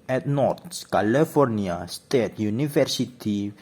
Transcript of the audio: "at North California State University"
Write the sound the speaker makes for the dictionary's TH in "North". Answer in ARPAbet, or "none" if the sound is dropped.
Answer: S